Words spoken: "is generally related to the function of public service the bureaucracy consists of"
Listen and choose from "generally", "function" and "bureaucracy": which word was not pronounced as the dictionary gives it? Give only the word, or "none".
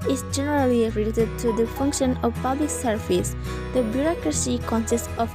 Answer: none